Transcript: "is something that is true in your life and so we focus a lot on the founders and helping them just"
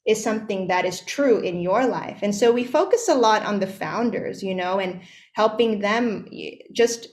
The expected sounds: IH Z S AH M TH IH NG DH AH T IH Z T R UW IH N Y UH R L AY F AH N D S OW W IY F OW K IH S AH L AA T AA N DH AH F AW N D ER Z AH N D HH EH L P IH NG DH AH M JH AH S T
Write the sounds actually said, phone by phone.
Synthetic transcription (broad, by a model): IH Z S AH M TH IH NG DH AH T IH Z T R UW IH N Y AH R L AY F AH N S OW W IY F OW K IH S AH L AA T N DH AH F AW N D ER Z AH N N HH EH L P IH NG DH AH M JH AH S T